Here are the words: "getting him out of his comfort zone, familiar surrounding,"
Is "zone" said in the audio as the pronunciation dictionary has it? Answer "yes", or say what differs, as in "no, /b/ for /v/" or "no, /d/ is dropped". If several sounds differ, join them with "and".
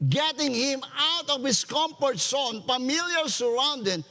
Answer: no, /s/ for /z/